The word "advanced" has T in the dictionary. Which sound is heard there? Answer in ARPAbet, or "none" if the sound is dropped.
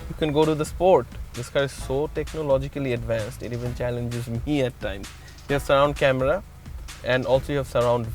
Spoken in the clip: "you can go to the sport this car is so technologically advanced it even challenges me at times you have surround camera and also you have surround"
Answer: T